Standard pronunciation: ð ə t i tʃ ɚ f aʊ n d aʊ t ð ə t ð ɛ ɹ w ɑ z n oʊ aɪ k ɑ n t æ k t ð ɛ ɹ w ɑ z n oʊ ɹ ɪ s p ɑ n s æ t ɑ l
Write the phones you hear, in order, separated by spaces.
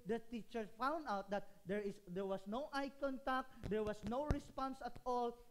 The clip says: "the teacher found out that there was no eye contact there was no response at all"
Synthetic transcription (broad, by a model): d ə t i tʃ ɚ f aʊ n d aʊ t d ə t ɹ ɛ ɹ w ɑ s n oʊ aɪ k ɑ n t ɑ k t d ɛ ɹ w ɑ s n oʊ ɹ ɪ s p ɑ n s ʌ t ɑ l